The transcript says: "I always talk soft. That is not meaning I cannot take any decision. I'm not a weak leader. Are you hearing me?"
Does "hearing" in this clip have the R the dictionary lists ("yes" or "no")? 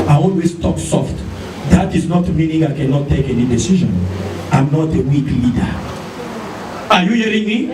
yes